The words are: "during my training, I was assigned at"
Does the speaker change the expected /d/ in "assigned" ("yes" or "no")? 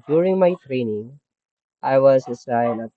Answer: yes